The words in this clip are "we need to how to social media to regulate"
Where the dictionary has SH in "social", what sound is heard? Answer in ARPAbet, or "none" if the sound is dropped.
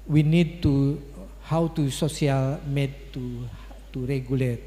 S